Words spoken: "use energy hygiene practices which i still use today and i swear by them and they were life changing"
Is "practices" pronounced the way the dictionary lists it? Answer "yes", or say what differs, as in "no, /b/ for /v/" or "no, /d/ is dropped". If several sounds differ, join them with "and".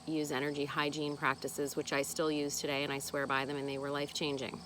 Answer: yes